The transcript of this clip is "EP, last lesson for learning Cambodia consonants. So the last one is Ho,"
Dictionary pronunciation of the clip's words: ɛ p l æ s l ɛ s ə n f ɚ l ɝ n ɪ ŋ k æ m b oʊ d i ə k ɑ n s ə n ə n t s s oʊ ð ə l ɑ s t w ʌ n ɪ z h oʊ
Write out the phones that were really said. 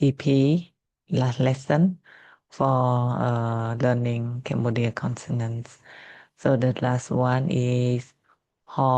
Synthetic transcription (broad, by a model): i p l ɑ s l ɛ s ə n f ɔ l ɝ n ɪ ŋ k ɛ m b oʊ d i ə k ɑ n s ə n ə n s s oʊ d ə l ɑ s t w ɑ n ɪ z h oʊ